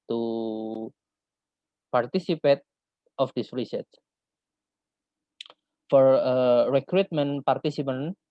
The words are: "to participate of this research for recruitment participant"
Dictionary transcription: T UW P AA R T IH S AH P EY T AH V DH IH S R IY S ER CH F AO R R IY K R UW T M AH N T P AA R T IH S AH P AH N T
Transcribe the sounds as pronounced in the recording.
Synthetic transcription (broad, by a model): T UW P AA R T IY S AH P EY T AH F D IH S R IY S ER S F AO R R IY K R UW T M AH N P AA R T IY S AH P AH N